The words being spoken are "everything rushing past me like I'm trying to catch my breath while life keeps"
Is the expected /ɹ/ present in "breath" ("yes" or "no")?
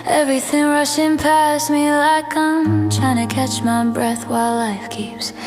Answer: yes